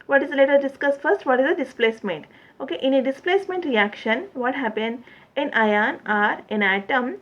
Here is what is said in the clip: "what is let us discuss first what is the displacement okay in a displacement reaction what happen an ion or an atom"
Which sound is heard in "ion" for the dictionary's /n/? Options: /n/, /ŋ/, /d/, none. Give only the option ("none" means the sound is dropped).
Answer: /n/